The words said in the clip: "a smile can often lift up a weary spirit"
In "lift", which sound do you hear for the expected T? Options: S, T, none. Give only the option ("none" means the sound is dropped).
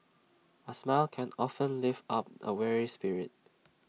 none